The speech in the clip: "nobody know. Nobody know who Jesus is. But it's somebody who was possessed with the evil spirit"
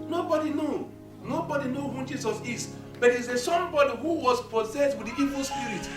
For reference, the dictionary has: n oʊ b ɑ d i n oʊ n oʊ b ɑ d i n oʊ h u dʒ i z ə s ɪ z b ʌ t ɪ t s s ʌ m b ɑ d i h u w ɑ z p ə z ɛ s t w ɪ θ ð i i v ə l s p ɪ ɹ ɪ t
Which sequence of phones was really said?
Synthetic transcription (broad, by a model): n oʊ b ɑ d i n oʊ n oʊ b ɑ d i n oʊ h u dʒ i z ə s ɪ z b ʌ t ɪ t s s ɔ b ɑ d i h u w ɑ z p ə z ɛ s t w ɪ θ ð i i v ə l s p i ɹ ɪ t